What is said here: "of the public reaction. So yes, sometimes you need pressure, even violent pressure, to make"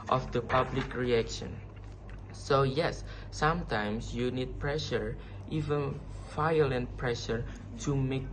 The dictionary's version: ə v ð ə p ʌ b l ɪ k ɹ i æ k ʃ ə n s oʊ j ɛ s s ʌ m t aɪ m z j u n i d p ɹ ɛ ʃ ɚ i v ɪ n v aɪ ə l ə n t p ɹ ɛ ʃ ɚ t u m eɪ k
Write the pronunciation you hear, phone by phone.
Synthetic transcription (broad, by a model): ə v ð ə p ʌ b l ɪ k ɹ i æ k ʃ ə n s oʊ j ɛ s s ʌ m t aɪ m s j u n i d p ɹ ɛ ʃ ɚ i v ɪ n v aɪ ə l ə n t p ɹ ɛ ʃ ɚ t u m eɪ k